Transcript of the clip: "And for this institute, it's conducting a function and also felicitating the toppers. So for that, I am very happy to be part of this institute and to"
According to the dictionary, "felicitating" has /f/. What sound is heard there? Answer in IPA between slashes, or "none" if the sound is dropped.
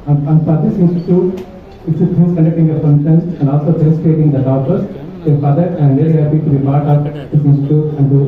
/p/